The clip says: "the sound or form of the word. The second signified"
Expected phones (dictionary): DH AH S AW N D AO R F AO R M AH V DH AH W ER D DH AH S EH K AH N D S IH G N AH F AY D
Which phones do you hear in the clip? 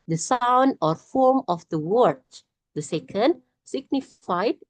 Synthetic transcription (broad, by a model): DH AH S AW N D AO R F AO R M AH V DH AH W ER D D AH S EH K AH N D S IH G N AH F AY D